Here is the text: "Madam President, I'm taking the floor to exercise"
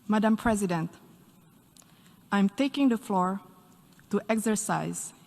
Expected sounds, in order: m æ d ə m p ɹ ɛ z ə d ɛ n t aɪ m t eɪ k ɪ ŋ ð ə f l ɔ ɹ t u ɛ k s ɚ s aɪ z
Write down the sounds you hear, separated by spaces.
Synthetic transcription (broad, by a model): m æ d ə m p ɹ ɛ z ə d ɛ n t aɪ m t eɪ k ɪ ŋ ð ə f l ɔ ɹ t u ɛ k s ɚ s aɪ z